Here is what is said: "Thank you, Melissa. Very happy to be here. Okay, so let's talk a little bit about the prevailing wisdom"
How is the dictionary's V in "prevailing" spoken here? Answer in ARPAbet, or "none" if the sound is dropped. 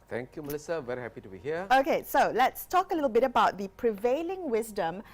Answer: V